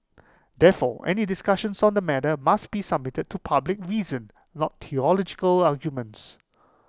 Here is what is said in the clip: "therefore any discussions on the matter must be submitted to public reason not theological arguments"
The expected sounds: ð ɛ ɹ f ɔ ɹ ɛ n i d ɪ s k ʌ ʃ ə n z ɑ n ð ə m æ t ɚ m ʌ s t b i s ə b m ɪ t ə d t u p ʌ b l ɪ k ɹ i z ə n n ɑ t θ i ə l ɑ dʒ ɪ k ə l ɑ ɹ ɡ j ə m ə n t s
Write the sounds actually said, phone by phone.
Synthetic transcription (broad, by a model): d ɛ f ɔ ɛ n i d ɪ s k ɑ ʃ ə n s ɑ n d ə m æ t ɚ m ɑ s t b i s ə b m ɪ t ə d t u p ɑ b l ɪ k ɹ i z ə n n ɑ t t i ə l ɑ dʒ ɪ k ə l ɑ ɡ j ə m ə n t s